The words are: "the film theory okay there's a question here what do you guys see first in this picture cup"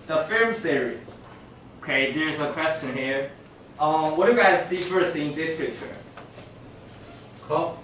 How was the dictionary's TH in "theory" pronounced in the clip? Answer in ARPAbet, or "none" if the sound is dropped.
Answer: S